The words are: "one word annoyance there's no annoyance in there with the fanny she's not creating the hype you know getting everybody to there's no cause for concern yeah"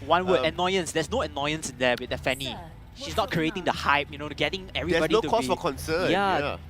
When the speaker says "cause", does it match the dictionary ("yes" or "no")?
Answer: no